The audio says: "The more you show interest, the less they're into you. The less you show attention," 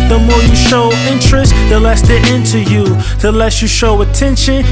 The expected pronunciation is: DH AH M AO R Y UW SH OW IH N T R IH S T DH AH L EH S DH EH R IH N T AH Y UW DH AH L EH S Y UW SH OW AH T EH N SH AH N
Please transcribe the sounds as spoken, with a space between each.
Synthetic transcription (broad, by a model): DH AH M AO R Y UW SH OW IH N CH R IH S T DH AH L EH S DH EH IH N T AH Y UW DH AH L EH S Y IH SH OW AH T EH N SH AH N